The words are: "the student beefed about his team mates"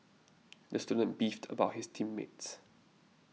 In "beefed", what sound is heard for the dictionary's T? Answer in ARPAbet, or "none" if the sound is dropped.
T